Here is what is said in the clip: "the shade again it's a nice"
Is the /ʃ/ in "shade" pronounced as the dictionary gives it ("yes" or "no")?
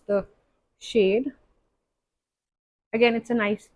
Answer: yes